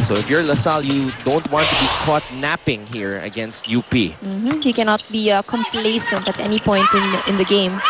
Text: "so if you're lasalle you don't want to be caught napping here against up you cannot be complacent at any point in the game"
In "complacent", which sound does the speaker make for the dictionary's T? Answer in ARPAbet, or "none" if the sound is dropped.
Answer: T